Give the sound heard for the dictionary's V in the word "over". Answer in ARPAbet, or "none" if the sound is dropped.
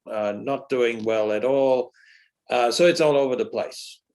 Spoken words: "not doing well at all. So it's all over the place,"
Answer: V